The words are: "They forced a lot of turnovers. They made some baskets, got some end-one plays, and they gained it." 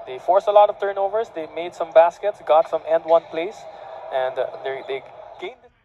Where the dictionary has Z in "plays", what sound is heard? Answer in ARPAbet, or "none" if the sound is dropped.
S